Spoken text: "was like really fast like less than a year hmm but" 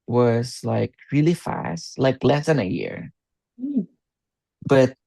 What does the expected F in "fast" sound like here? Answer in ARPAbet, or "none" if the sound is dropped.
F